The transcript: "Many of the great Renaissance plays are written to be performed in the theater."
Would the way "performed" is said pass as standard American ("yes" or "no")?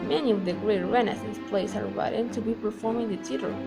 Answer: no